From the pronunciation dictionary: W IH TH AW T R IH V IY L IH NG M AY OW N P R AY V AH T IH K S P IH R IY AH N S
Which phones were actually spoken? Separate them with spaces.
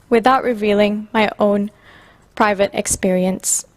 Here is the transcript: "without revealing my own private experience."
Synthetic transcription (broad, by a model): W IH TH AW T R IH V IY L IH NG M AY OW N P R AY V AH T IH K S P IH R IY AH N S